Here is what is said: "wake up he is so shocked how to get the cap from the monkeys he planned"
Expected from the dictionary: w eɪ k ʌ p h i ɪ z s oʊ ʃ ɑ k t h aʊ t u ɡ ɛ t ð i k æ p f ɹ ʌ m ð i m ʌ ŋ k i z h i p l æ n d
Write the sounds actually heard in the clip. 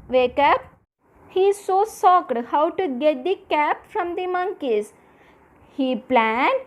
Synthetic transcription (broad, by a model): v eɪ k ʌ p h i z s oʊ s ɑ k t h aʊ t u ɡ ɛ t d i k æ p f ɹ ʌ m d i m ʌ ŋ k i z h i p l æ n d